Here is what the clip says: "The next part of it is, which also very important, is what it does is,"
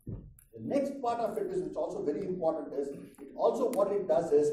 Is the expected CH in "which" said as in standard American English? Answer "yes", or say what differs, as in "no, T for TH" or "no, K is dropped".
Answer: no, S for CH